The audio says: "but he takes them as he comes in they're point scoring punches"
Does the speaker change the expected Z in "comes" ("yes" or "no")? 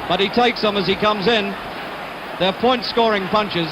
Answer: no